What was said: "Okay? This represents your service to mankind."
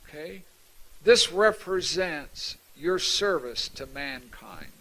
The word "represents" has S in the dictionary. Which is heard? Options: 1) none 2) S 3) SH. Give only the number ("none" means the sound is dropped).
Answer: 2